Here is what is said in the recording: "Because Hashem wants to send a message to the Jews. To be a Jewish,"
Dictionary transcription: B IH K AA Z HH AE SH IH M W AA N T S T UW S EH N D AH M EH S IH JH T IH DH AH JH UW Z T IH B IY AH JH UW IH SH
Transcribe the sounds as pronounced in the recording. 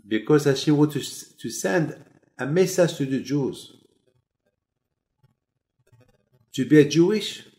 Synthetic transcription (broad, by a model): B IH K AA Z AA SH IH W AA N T T UW S EH N D AH M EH S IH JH T IH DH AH JH UW Z T IH B IY AH JH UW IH SH